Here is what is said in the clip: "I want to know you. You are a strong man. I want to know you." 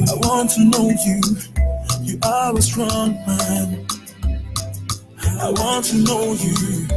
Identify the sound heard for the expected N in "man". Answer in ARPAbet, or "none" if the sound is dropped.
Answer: N